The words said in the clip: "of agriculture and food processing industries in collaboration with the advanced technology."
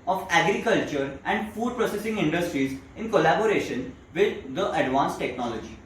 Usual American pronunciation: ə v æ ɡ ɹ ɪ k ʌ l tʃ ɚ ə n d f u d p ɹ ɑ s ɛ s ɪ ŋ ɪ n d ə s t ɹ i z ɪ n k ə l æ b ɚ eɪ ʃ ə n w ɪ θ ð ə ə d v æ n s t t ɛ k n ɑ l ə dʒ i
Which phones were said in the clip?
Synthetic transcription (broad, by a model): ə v æ ɡ ɹ ɪ k ʌ l tʃ ɚ ə n d f u d p ɹ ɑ s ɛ s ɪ ŋ ɪ n d ə s t ɹ i z ɪ n k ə l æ b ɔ eɪ ʃ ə n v ɪ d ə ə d v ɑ n s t t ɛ k n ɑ l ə dʒ i